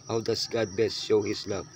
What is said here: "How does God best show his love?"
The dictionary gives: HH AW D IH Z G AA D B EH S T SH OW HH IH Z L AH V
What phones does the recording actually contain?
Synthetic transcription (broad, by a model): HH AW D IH S G AA D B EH S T SH OW HH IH S L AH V